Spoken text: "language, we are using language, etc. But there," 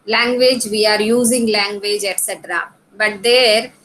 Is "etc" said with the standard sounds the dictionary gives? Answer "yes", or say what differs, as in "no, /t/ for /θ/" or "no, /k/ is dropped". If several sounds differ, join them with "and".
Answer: yes